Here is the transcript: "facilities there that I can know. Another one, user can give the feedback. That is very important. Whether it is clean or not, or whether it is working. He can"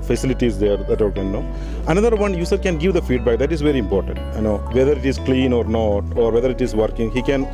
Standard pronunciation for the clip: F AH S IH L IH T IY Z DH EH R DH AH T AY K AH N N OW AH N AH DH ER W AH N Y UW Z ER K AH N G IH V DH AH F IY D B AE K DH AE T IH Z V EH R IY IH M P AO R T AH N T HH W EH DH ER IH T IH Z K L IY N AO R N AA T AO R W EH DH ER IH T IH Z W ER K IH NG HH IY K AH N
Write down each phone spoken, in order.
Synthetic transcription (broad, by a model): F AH S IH L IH T IY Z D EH R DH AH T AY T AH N N OW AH N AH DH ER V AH N Y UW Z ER K AH N G IH V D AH F IY D B AE K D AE T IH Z V EH R IY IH M P AO R T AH N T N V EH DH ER IH T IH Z K L IY N AO R N AA T AO R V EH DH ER IH T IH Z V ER K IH NG HH IY K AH N